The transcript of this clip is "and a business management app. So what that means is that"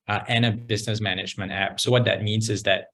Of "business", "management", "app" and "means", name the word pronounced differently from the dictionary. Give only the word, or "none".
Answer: none